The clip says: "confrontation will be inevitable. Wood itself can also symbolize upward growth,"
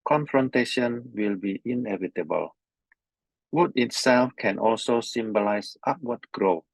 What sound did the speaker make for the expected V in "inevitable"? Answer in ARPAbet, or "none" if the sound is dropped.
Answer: V